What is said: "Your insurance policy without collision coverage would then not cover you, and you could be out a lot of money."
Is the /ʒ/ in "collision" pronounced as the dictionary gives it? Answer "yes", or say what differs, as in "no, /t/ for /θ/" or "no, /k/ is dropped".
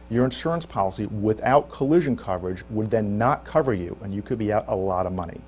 yes